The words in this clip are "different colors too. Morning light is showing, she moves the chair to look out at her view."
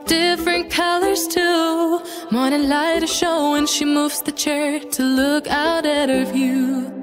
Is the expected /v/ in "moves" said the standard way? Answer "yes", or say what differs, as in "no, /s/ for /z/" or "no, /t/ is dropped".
yes